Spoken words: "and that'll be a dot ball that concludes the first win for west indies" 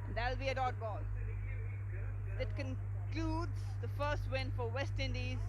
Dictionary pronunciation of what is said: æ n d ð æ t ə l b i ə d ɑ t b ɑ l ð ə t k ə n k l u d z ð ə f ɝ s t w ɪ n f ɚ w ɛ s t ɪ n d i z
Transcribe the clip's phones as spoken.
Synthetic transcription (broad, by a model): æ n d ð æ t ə l b i ə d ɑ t b ɑ l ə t k ə n k l u d z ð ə f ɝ s t w ɪ n f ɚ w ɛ s t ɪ n d i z